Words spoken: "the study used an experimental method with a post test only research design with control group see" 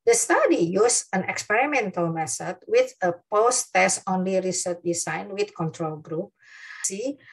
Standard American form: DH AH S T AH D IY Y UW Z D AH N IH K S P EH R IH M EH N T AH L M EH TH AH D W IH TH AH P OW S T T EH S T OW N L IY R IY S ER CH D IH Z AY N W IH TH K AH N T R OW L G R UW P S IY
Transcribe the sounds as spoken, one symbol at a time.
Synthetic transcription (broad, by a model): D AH S T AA D IY Y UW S AH N IH K S P EH R IH M EH N T AH L M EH S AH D W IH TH AH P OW S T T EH S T OW N L IY R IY S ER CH D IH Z AY N W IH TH K AH N T R OW L G R UW P S IY